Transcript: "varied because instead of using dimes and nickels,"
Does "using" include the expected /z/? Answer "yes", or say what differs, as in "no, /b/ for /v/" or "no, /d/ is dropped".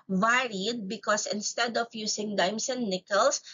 no, /s/ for /z/